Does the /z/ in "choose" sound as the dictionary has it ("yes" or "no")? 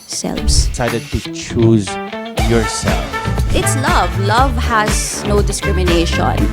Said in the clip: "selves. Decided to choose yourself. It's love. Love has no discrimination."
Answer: yes